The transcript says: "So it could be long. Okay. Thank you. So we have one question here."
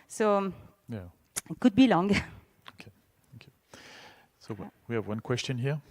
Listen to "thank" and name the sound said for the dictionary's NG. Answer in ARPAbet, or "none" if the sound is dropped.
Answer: none